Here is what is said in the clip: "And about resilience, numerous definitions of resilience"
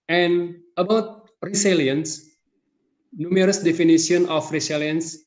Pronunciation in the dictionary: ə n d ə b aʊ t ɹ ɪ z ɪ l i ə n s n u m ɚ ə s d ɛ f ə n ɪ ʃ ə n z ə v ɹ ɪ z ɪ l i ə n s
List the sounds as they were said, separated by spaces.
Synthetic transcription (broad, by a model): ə n ə b aʊ t ɹ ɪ s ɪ l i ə n s n u m ɚ ə s d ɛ f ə n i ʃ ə n ə f ɹ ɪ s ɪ l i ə n s